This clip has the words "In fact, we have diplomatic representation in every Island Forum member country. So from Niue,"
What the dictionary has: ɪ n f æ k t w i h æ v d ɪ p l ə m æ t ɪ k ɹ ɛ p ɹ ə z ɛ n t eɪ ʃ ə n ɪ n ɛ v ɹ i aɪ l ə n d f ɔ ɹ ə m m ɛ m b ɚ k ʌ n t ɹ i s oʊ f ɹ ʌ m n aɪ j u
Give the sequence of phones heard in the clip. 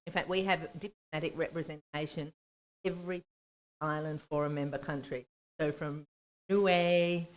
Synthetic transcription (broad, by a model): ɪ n f æ k t w i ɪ v d ɪ p l ə m æ t ɪ k ɹ ɛ p ɹ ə z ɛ n t eɪ ə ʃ ɪ n ɛ v ɹ i aɪ l ə n d f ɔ ɹ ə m m ɛ m b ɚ k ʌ n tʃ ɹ i s oʊ f ɹ ʌ m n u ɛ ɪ